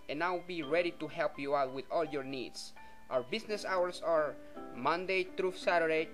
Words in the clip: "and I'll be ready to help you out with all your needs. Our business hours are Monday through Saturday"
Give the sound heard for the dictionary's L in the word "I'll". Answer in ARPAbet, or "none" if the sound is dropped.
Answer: W